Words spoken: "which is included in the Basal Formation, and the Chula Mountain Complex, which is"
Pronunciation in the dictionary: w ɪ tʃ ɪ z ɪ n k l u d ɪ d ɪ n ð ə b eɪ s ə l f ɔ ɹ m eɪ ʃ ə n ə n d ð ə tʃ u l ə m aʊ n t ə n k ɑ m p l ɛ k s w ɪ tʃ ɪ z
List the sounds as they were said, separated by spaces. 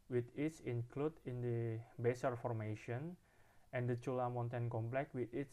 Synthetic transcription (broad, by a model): w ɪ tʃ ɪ s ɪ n k l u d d ɪ n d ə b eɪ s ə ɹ f ɔ ɹ m eɪ ʃ ə n ə n d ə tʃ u l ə m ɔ n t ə n k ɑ m p l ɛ k w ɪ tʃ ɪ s